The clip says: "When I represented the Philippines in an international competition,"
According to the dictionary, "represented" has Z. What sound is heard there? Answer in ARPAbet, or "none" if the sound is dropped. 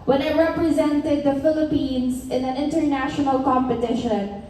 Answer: Z